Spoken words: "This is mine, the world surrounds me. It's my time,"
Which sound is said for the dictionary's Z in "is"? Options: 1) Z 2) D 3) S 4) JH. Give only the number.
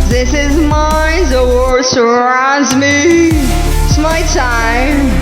1